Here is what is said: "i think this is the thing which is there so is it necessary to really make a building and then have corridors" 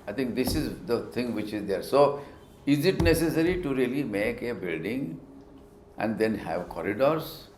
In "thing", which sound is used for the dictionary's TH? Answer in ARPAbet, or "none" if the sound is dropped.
T